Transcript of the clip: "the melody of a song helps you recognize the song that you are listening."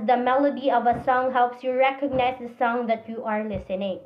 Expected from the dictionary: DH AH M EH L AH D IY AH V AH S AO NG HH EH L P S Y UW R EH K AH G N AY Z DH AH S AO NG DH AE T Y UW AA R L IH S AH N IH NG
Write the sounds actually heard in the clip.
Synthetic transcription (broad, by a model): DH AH M EH L AH D IY AH V AH S AO NG HH EH L P S Y UW R EH K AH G N AY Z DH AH S AO NG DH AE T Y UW AA R L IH S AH N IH NG